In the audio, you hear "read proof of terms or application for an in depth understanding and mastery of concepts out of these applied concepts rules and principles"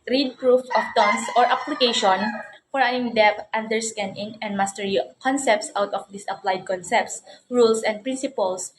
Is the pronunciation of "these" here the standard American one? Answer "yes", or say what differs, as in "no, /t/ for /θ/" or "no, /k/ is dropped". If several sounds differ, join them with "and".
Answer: no, /s/ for /z/